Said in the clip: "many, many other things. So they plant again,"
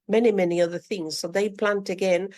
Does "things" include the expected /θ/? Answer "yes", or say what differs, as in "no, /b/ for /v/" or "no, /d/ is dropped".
yes